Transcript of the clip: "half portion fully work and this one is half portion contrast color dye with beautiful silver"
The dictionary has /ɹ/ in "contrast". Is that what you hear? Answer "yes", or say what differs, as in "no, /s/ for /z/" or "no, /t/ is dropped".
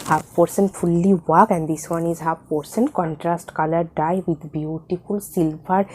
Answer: yes